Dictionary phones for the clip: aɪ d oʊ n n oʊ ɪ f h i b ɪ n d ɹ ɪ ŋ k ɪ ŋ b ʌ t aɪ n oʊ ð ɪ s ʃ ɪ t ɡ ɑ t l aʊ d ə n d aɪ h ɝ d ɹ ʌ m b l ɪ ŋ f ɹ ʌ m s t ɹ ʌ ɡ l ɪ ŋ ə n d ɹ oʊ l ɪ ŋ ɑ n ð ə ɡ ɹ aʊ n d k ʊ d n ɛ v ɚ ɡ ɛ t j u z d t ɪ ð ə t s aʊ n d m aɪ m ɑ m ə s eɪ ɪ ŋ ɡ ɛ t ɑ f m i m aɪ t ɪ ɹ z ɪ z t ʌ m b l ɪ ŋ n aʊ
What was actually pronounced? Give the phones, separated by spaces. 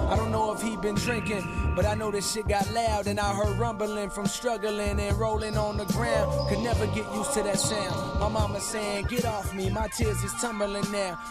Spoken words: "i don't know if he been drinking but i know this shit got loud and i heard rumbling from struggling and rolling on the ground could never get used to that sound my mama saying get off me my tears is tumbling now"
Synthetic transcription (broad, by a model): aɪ d oʊ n n oʊ ɪ f h i b ɪ n d ɹ ɪ ŋ k ɪ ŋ b ʌ t aɪ n oʊ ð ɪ ʃ ɪ t ɡ ɑ t l aʊ d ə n aɪ h ɝ d ɹ ʌ m b l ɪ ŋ f ɹ ʌ m s t ɹ ʌ ɡ l ɪ ŋ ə n ɹ oʊ l ɪ ŋ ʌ n ð ə ɡ ɹ aʊ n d k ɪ d n ɛ v ɚ ɡ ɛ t j u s t ɪ ð ə t s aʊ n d m aɪ m ɑ m ə s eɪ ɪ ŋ ɡ ɛ t ɑ f m i m aɪ t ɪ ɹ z ɪ z t ʌ m b l ɪ ŋ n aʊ